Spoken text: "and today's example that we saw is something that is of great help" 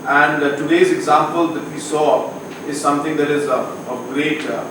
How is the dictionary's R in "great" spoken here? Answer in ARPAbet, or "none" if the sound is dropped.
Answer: R